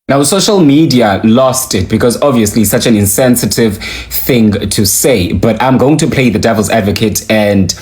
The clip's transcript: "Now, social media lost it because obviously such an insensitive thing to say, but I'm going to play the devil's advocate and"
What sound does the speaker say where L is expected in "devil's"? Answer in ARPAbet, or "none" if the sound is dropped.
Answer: L